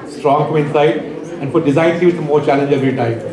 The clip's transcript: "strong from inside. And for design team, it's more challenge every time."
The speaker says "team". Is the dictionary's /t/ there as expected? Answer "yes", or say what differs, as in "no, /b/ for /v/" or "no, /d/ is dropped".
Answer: no, /s/ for /t/